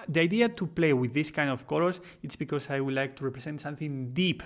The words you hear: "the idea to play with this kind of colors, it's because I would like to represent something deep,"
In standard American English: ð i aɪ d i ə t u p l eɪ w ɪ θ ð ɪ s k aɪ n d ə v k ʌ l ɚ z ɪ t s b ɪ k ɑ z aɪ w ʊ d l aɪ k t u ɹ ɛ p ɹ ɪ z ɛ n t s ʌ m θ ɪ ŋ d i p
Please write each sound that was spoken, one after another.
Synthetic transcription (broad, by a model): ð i aɪ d i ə t u p l eɪ w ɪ ð ɪ s k aɪ n d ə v k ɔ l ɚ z ɪ t s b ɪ k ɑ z aɪ w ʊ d l aɪ k t u ɹ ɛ p ɹ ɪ s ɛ n t s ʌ m θ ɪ ŋ d i p